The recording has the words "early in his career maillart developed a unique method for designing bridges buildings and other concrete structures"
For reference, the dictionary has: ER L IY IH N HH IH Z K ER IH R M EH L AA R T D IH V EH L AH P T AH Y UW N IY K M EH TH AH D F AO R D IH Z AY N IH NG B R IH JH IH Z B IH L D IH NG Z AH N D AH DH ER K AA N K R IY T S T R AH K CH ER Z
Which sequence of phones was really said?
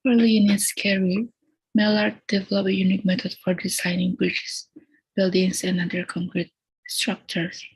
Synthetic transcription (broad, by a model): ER L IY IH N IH S K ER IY M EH L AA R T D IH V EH L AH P AH Y UW N IY K M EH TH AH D F AO R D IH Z AY N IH NG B R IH CH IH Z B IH L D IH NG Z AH N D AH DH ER K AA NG K R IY T S T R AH K CH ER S